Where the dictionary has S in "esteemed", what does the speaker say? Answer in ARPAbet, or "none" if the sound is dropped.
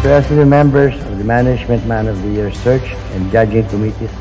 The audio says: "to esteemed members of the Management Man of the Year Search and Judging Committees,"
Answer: none